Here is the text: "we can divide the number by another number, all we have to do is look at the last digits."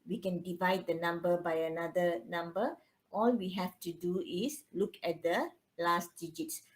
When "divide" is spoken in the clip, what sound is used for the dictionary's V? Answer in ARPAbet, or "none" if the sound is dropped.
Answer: V